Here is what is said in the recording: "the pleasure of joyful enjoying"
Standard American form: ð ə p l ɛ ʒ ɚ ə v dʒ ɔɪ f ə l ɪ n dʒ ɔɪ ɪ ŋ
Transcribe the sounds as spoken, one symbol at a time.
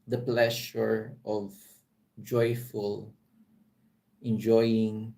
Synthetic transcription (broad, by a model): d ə p l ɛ ʃ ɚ ə v dʒ ɔɪ f ə l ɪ n dʒ ɔɪ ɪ ŋ